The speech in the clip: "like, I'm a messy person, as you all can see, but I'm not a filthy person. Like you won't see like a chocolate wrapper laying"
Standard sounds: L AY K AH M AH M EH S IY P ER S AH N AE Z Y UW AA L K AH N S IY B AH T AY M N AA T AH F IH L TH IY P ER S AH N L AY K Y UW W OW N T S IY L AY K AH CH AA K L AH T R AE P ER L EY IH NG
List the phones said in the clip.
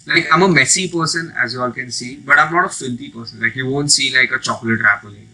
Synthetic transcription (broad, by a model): L AY K AH M AH M EH S IY P ER S AH N AE Z Y UW AA L K AH N S IY B AH T AY M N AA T AH F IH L T IY P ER S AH N L AY K Y UW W OW N T S IY L AY K AH CH AA K L AH T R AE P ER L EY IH